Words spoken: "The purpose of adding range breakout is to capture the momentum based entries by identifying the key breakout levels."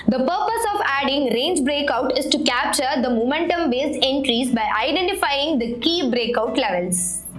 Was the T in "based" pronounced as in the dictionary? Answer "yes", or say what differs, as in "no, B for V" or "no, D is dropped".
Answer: no, T is dropped